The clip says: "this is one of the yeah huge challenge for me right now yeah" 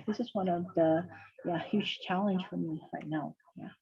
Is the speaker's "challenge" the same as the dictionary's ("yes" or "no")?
no